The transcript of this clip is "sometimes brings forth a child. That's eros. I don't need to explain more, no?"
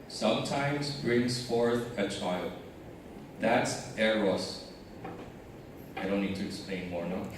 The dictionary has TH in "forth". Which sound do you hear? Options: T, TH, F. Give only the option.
TH